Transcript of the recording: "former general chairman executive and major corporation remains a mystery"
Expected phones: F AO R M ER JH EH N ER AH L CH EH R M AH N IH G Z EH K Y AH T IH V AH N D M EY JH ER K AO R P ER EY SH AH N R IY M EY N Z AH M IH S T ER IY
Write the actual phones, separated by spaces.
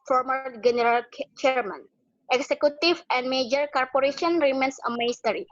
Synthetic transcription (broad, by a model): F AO R M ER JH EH N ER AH L CH EH R M AH N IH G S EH K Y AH T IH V AH N D M EY JH ER K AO R P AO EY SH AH N R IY M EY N S AH M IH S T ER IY